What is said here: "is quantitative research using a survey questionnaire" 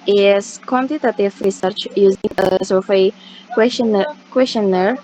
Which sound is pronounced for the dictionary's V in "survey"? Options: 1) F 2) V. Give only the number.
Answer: 1